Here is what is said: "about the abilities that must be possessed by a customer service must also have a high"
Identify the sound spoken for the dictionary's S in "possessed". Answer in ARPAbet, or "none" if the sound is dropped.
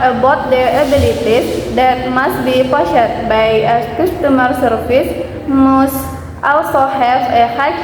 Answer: none